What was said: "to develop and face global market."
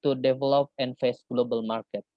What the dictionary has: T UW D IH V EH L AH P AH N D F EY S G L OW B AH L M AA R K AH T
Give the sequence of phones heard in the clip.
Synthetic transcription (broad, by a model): T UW D IH V EH L AH P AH N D F EY S G L OW B AH L M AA R K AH T